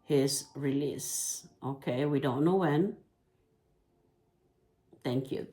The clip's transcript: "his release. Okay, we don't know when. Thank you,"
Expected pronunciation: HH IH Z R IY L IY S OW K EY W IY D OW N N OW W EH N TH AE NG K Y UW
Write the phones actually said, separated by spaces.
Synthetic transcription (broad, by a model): HH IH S R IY L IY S OW K EY W IY D OW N N OW W EH N T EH NG K Y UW